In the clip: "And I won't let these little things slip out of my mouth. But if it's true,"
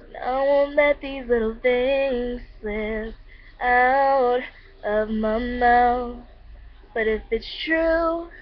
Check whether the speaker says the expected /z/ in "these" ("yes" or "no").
yes